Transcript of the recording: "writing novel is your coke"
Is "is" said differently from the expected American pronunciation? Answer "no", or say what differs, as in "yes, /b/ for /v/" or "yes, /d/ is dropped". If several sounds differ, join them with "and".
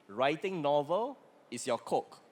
yes, /s/ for /z/